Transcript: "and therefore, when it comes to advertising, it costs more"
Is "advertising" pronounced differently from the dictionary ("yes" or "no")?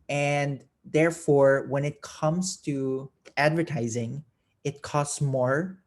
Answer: no